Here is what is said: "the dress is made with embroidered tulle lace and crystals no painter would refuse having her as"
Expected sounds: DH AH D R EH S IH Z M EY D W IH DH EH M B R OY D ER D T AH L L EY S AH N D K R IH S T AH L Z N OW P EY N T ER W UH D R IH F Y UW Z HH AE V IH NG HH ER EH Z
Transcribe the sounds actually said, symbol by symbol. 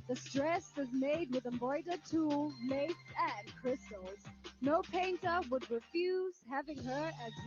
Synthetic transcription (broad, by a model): DH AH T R EH S IH Z M EY D W IH DH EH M B OY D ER T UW L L EY S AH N K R IH S T L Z N OW P EY N T ER W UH D R IH F Y UW Z HH AE V IH NG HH ER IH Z